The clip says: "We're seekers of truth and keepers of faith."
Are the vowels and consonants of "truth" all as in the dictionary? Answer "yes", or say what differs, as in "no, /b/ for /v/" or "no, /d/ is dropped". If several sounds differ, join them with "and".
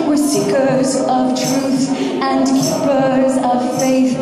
yes